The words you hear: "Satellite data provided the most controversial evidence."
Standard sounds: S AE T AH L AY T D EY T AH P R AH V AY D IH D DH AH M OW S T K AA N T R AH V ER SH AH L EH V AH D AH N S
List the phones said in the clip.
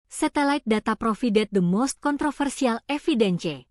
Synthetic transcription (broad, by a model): S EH T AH L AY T D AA T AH P R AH F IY D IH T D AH M OW S T K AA N T R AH F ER S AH L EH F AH D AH N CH